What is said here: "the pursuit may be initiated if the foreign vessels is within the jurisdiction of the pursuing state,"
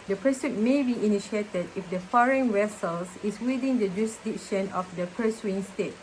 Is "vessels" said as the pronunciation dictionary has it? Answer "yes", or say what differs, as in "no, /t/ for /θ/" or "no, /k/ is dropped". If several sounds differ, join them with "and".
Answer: no, /s/ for /z/